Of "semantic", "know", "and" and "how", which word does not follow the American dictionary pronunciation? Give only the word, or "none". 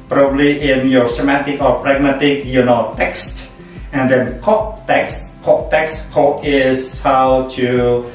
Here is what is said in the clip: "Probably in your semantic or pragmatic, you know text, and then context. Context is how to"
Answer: semantic